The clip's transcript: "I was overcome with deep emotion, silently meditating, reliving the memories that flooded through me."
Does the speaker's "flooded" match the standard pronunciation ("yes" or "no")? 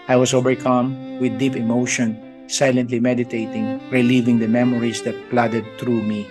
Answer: no